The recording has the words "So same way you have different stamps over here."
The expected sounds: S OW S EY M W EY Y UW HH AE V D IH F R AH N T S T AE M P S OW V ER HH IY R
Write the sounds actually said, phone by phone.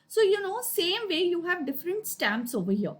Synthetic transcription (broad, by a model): S OW S EY M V EY Y UW HH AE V D IH F R AH N T S T AE M P S OW V ER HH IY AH